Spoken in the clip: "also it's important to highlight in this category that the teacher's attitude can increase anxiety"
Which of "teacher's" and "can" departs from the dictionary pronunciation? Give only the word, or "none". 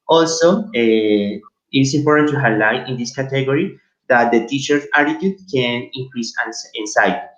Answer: teacher's